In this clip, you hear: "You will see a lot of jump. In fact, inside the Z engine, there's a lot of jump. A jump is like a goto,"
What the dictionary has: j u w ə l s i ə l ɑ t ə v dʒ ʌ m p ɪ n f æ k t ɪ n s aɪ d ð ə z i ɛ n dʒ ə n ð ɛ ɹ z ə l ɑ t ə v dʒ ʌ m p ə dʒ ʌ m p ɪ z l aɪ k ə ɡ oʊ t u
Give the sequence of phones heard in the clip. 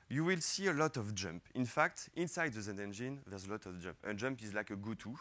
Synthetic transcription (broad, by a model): j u w ə l s i ə l ɑ t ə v dʒ ʌ m p ɪ n f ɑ k t ɪ n s aɪ d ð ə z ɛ ɛ n dʒ ə n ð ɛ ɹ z ə l ɑ t ə v dʒ ʌ m p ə dʒ ʌ m p ɪ z l aɪ k ə ɡ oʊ t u